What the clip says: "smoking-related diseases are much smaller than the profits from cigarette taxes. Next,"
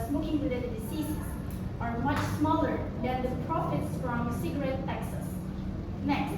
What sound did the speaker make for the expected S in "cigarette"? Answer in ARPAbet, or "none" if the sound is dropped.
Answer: S